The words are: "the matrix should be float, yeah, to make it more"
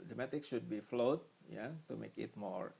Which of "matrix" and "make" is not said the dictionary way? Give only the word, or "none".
matrix